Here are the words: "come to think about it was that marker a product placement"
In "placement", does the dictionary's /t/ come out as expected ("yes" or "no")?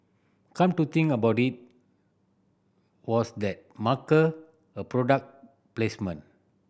no